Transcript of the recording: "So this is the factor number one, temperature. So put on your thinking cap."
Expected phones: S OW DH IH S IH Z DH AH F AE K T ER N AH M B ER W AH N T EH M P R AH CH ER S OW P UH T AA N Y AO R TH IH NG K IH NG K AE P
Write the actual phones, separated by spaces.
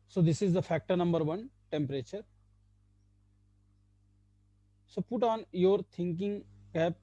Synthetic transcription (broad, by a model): S OW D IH S IH Z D AH F AE K T ER N AH M B ER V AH N T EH M P R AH CH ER S OW P UH T AA N Y AO R T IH NG K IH NG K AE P